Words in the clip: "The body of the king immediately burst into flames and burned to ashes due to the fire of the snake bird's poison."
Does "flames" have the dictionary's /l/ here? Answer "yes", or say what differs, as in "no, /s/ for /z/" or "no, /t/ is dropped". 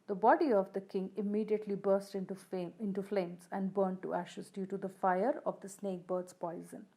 yes